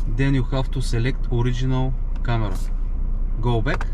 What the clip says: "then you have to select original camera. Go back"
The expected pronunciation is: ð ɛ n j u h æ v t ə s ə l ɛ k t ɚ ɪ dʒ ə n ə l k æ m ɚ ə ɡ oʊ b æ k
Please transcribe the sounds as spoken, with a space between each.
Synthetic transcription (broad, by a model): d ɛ n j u h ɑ f t ə s ə l ɛ k t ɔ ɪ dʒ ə n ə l k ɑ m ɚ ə ɡ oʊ b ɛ k